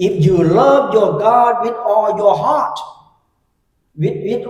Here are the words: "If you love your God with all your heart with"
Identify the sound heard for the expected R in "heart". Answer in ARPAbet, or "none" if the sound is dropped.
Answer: W